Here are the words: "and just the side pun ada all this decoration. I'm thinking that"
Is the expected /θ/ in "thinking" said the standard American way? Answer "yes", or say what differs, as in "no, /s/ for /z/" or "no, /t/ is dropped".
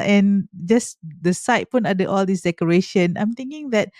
no, /t/ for /θ/